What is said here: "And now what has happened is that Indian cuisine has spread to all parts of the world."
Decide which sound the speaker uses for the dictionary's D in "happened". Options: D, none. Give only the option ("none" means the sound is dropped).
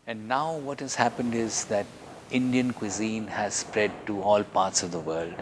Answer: D